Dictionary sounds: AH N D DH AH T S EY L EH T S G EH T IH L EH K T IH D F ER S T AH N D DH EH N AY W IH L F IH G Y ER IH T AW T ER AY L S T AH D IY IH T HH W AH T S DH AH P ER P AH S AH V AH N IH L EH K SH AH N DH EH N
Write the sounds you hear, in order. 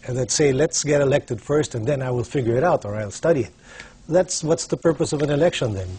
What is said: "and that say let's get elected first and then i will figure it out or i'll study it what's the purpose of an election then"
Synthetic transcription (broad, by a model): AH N DH AH T S EY L EH T S G EH T IH L EH K T IH D F ER S T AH N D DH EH N AY W IH L F IH G Y ER IH T AW T ER AY L S T AH D IY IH T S W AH T S DH AH P ER P AH S AH V AH N IH L EH K SH AH N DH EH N